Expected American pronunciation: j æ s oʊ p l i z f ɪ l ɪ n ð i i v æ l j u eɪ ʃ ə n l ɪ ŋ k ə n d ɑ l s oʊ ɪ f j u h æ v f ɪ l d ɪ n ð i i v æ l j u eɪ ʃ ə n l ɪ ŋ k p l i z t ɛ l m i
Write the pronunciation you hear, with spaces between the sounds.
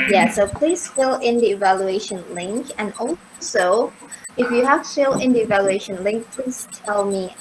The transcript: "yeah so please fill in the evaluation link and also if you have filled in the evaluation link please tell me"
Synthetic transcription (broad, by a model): j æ s oʊ p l i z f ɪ l ɪ n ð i i v æ l j u eɪ ʃ ə n l ɪ ŋ k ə n ɑ l s oʊ ɪ f j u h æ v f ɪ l ɪ n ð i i v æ l j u eɪ ʃ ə n l ɪ ŋ k p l i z t ɛ l m i